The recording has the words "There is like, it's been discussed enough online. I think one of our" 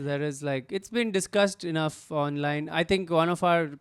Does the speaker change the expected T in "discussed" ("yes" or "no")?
no